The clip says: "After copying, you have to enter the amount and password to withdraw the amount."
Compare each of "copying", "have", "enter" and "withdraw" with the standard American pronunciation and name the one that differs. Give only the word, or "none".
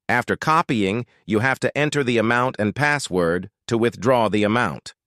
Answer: have